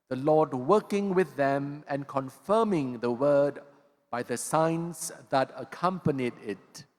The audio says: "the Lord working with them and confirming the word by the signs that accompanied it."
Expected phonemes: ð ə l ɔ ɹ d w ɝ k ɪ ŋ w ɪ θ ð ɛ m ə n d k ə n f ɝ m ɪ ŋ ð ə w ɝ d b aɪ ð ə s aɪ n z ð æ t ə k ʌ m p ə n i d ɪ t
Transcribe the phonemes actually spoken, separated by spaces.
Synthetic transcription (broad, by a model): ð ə l ɔ d w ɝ k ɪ ŋ w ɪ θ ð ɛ m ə n k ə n f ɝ m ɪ ŋ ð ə w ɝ d b aɪ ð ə s aɪ n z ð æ t ə k ʌ m p ə n i d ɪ t